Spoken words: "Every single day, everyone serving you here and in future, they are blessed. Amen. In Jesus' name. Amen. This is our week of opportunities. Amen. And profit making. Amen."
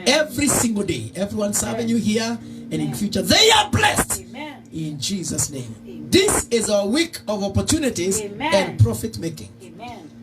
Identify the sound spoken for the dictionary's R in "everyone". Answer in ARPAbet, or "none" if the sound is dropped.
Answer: R